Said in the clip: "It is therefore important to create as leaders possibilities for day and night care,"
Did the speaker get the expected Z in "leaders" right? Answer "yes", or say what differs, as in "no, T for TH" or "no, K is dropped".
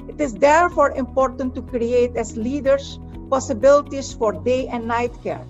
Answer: no, S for Z